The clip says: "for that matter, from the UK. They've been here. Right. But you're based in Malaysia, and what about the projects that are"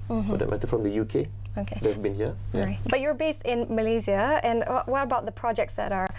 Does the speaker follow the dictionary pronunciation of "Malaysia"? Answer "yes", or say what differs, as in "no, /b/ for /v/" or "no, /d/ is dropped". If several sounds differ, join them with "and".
no, /z/ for /ʒ/